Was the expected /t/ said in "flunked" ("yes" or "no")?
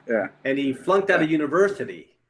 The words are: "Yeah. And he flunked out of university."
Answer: yes